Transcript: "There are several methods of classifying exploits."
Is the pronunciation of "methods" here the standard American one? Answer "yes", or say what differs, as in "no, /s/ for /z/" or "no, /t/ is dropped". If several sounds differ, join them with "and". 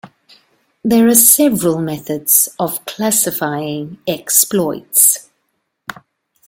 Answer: yes